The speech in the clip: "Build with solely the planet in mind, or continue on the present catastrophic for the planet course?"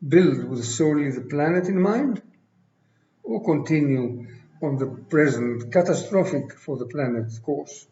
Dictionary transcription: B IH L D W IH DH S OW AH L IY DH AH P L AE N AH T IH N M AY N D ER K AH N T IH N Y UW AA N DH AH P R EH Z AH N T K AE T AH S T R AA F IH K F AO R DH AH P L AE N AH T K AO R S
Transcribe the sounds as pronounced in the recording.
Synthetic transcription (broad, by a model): B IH L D W IH DH S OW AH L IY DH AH P L AE N AH T IH N M AY N D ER K AH N T IH N Y UW AA N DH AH P R EH Z AH N T K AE T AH S T R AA F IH K F AO R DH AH P L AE N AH T K AO R S